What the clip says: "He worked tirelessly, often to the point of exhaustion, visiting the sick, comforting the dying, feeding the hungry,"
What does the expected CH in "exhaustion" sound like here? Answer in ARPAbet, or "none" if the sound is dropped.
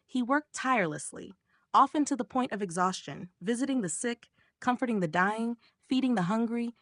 CH